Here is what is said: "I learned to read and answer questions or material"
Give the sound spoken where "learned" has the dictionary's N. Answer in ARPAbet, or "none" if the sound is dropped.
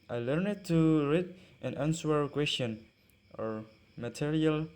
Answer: N